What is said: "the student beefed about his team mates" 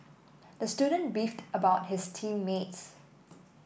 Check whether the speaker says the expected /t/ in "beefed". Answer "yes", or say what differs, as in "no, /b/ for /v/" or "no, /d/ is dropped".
yes